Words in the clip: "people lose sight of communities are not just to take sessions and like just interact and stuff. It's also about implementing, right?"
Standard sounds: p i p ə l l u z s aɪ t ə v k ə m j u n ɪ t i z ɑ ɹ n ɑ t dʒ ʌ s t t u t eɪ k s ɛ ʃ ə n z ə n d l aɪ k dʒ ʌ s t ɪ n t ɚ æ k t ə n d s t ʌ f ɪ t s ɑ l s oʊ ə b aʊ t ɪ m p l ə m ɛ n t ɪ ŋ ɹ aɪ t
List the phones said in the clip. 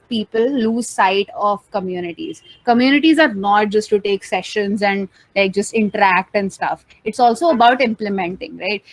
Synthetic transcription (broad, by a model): p i p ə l l u z s aɪ t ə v k ə m j u n ɪ t i z ɑ ɹ n ɑ t dʒ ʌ s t t u t eɪ k s ɛ ʃ ə n z ə n d l aɪ k dʒ ʌ s t ɪ n t ɚ æ k t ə n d s t ʌ f ɪ t s ɑ l s oʊ ə b aʊ t ɪ m p l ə m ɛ n t ɪ ŋ ɹ aɪ t